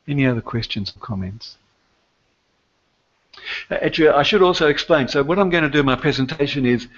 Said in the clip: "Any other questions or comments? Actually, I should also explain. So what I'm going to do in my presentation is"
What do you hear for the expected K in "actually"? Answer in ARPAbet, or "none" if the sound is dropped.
none